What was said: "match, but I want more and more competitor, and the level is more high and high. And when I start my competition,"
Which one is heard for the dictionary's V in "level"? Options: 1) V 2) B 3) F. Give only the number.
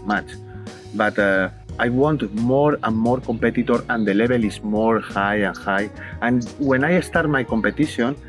2